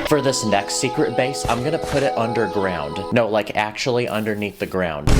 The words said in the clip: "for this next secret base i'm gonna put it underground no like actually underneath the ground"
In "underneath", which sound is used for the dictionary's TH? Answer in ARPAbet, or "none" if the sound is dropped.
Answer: TH